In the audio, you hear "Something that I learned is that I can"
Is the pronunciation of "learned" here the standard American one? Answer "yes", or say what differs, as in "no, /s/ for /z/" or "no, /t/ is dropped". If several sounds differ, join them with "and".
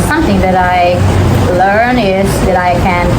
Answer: no, /d/ is dropped